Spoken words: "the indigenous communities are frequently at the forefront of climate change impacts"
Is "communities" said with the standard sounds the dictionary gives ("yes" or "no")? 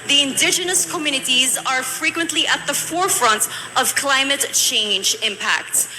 yes